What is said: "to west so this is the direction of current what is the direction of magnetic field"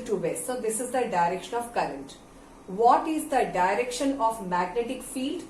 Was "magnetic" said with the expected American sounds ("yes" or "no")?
yes